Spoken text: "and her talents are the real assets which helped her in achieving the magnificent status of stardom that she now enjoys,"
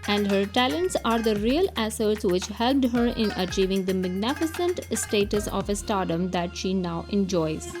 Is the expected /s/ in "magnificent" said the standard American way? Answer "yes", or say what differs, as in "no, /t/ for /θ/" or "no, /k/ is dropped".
yes